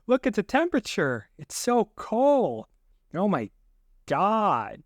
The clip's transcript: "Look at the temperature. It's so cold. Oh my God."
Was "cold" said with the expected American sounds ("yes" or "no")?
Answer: no